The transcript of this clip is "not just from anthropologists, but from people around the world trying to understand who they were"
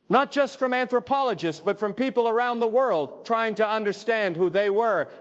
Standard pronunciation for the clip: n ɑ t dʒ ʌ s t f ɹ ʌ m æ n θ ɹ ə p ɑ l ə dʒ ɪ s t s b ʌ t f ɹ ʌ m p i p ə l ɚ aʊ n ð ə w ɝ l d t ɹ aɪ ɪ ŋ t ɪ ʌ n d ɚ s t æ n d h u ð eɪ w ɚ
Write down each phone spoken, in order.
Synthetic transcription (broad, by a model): n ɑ t dʒ ʌ s t f ɹ ʌ m æ n θ ɹ ə p ɑ l ə dʒ ɪ s t s b ʌ t f ɹ ʌ m p i p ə l ɚ aʊ n ð ə w ɝ l d t ɹ aɪ ɪ ŋ t ɪ ʌ n d ɚ s t æ n d h u ð eɪ w ɚ